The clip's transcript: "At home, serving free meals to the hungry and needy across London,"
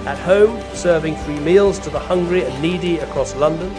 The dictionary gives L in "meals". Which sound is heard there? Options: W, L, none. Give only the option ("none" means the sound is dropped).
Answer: L